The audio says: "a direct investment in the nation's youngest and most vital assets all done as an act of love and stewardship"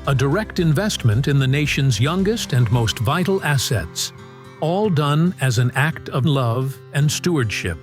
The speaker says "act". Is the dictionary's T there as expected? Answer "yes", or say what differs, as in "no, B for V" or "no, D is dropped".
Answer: yes